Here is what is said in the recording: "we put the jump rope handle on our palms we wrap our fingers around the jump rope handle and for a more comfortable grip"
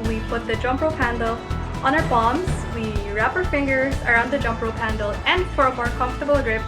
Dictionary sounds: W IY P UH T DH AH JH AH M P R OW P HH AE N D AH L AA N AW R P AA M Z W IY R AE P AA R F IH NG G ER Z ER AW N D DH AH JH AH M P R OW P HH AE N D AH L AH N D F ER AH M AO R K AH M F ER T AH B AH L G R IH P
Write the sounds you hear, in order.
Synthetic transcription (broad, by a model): W IY P UH T DH AH JH AH M P R OW P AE N D L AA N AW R B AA M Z W IY R AE P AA R F IH NG G ER Z ER AW N D DH AH JH AH M P R OW P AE N D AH L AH N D F ER AH M AO R K AH M F T AH B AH L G R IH P